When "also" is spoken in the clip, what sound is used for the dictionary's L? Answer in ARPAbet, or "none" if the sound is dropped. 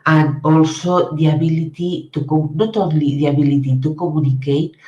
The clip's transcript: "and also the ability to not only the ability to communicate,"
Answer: L